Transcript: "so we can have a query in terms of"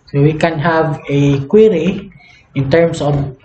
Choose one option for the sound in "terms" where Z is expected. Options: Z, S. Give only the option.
S